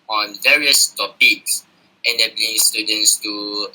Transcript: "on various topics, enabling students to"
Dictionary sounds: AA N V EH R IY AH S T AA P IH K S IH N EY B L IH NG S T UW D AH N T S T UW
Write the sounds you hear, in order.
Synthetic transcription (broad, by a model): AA N V EH R IY AH S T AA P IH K S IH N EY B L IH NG S T UW D AH N T S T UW